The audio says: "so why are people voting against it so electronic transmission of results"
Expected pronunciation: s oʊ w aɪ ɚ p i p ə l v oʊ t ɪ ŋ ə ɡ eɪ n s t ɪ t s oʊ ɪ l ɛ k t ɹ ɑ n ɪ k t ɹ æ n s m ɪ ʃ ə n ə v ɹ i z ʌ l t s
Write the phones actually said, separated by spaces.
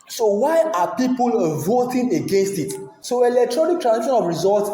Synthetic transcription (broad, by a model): s oʊ w aɪ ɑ p i p ə l v oʊ t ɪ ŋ ə ɡ eɪ n s t ɪ t s oʊ ɪ l ɛ k t ɹ ɑ n ɪ k t ɹ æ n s i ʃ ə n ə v ɹ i z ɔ l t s